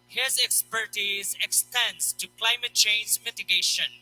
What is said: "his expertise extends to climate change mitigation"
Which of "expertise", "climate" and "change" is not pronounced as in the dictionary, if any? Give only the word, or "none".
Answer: none